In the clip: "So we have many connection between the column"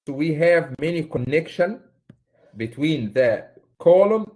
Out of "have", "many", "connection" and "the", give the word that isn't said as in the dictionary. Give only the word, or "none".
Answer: none